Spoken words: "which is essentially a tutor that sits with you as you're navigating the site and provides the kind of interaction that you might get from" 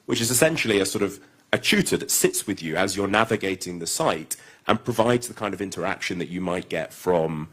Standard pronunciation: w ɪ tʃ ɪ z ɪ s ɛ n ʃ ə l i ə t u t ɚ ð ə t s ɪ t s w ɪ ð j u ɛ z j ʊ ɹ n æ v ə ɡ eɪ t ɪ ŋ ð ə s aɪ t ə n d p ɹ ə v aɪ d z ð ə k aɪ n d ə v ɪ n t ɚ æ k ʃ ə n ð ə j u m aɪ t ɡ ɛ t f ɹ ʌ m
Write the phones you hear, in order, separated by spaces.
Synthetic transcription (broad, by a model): w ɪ tʃ ɪ z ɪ s ɛ n ʃ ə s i ə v u t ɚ ð ə t s ɪ t s w ɪ ð j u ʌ z j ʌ ɹ n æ v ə ɡ eɪ t ɪ ŋ ð ə s aɪ t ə n p ɹ ə v aɪ d z ð ə k aɪ n d ə v ɪ n t ɚ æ k ʃ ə n ð ə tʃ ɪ m aɪ t ɡ ɛ t f ɹ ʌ m